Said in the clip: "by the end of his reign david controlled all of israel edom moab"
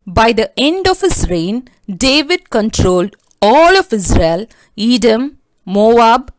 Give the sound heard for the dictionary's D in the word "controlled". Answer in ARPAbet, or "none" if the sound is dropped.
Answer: D